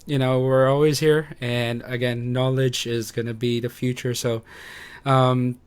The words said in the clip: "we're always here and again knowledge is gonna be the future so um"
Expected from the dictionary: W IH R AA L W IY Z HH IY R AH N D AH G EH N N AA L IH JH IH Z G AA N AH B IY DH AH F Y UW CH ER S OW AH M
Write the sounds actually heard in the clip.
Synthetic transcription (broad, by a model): W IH R AA L W IY Z HH IY R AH N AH G EH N N AA L IH JH IH Z G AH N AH B IY DH AH F Y UW CH ER S OW AH M